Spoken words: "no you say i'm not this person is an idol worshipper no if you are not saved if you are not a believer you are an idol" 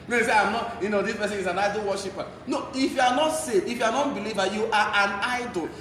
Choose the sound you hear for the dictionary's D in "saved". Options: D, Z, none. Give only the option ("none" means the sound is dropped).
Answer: none